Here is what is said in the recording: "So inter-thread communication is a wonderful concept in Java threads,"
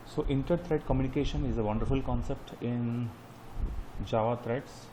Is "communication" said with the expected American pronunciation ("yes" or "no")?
yes